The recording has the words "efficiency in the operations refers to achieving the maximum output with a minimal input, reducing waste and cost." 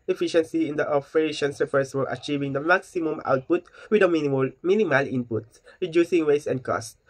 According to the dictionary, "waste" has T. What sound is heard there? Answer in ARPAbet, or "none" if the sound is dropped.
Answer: none